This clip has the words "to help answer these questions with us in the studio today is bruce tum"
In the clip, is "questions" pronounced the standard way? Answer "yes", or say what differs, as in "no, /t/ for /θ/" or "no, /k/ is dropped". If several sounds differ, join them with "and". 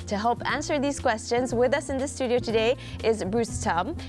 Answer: yes